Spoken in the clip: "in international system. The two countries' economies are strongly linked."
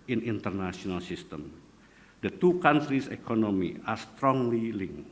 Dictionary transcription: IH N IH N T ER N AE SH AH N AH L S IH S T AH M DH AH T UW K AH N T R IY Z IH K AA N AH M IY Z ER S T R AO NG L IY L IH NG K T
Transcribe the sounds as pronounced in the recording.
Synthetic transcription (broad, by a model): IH N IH N T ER N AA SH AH N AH L S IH S T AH M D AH T UW K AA N T R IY S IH K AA N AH M IY AA S T R AO NG L IY L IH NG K